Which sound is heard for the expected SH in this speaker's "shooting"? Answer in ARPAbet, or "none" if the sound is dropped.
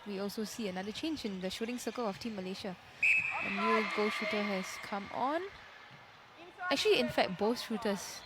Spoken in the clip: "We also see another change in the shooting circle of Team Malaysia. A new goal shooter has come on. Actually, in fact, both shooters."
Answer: SH